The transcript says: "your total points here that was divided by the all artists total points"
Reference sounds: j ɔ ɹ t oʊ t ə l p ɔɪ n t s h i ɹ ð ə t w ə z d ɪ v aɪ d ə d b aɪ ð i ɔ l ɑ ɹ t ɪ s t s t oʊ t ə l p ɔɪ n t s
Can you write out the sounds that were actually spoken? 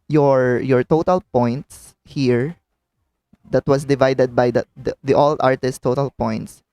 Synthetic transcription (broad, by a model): j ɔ ɹ t oʊ t ə l p ɔɪ n t s h i ɹ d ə t w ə s d ɪ v aɪ d ə d b aɪ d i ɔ l ɑ ɹ t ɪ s s t oʊ t ə l p ɔɪ n t s